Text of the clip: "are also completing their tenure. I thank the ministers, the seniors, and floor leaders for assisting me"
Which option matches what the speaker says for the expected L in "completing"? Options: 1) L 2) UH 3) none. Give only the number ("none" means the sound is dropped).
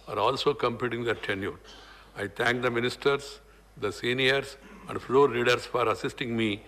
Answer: 3